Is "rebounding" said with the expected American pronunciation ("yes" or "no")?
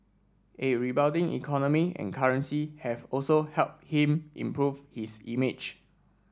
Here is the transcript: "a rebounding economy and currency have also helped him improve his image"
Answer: no